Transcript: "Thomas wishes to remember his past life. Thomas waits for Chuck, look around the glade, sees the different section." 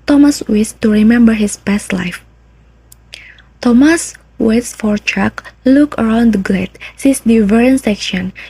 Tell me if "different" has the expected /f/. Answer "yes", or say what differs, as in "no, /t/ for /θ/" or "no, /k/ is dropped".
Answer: no, /f/ is dropped